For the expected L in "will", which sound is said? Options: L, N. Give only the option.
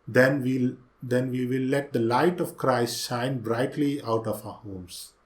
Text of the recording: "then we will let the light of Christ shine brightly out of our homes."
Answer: N